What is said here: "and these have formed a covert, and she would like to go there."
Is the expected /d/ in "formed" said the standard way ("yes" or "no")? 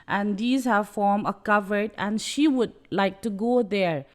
no